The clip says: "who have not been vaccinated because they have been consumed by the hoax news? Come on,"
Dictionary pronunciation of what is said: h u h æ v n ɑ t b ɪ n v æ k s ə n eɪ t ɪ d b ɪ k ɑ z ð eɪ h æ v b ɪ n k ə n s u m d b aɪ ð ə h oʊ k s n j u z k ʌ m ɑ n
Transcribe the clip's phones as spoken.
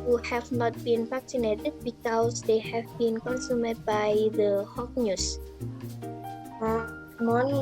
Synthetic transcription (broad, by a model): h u h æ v n ɑ t b ɪ n p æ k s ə n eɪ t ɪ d b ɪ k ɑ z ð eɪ h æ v b ɪ n k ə n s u m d b aɪ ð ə h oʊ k n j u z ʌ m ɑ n